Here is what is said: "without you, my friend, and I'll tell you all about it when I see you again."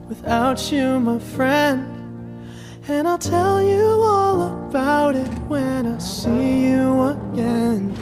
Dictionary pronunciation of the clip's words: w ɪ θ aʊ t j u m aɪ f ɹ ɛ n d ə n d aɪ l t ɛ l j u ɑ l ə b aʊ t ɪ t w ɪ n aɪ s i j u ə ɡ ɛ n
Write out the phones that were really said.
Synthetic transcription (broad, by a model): w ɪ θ aʊ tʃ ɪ m aɪ f ɹ ɛ n d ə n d aɪ l t ɛ l j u ɑ l ə b aʊ t ɪ t w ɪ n aɪ s i j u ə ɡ ɛ n